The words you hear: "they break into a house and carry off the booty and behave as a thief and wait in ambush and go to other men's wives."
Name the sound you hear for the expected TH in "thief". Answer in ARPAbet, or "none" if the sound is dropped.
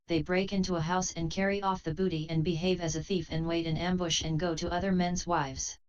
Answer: TH